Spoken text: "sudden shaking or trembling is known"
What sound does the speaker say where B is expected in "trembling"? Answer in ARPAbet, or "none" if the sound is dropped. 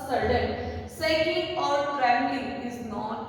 none